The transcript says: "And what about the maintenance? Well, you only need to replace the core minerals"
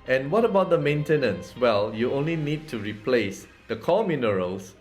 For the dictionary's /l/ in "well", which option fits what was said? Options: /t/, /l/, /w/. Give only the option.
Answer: /l/